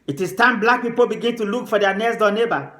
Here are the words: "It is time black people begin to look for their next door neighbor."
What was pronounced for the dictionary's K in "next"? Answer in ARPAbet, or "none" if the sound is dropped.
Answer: none